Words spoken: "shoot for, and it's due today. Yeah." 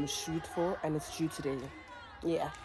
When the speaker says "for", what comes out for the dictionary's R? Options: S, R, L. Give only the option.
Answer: L